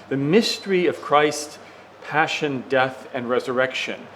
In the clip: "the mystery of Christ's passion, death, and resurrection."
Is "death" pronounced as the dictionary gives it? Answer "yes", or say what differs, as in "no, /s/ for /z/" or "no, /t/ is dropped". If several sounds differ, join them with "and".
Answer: yes